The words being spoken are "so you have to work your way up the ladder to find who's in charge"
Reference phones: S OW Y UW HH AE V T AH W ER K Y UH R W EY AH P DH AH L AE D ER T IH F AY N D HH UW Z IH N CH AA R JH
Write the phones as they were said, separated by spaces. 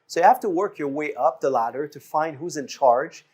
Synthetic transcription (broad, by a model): S OW Y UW HH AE F T AH W ER K Y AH R W EY AH P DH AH L AE D ER T IH F AY N D HH UW Z IH N CH AA R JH